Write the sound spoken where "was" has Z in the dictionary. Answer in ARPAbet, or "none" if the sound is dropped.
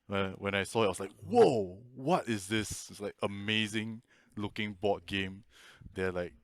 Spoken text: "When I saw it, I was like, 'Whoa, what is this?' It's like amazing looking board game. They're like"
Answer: S